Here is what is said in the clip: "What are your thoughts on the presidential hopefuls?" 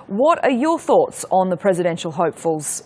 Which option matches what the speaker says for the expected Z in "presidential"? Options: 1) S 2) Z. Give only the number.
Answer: 2